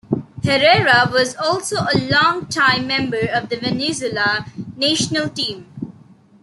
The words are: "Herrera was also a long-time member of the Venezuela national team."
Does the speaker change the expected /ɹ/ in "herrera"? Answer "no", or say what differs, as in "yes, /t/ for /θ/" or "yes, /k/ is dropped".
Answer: no